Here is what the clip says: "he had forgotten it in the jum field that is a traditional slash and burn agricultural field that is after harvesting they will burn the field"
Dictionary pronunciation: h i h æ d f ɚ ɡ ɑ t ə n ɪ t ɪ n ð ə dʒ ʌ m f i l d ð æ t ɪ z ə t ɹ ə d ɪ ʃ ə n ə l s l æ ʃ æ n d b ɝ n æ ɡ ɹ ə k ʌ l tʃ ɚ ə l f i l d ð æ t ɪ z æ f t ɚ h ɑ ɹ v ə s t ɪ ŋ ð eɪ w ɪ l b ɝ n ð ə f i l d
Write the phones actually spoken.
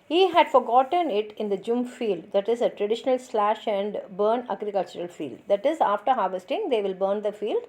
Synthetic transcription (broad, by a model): h i h æ d f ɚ ɡ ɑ t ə n ɪ t ɪ n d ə dʒ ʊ m f i l d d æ t ɪ z ə t ɹ ə d ɪ ʃ ə n ə l s l æ ʃ æ n d b ɝ n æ ɡ ɹ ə k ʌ l tʃ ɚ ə l f i l d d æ t ɪ z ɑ f t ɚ h ɑ ɹ v ə s t ɪ ŋ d eɪ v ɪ l b ɝ n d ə f i l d